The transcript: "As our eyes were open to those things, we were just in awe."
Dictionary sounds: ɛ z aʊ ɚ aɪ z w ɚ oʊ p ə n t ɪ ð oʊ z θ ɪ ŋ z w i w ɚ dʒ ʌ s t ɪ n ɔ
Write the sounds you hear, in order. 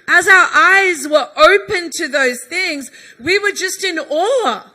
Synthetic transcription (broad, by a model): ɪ z aʊ ɚ aɪ z w ɚ oʊ p ə n t ɪ ð oʊ z θ ɪ ŋ z w i w ɚ dʒ ʌ s t ɪ n ɔ